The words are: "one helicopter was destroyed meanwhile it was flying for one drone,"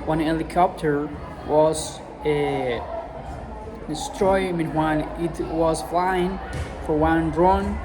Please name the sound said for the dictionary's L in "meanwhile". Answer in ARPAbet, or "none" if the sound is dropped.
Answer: N